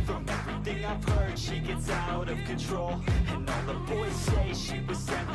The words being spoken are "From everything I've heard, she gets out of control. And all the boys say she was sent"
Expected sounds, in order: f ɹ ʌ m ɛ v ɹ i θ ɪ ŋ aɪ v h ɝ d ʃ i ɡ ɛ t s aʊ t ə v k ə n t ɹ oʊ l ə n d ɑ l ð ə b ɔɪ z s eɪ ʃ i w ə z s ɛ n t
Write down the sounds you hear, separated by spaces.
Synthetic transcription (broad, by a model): f ɹ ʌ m ɛ v ɹ i θ ɪ ŋ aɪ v h ɝ d ʃ i ɡ ɛ t s aʊ t ə v k ə n t ɹ oʊ l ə n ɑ n ð ə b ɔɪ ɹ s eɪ ʃ i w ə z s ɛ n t